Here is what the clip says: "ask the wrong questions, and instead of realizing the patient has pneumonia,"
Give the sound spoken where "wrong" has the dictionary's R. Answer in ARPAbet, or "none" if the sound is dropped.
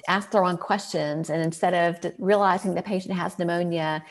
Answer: R